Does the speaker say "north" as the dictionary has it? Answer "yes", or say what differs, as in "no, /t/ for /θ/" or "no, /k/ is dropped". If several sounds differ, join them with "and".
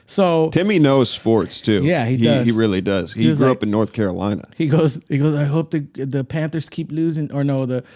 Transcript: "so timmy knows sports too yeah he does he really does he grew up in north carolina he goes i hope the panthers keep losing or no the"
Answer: yes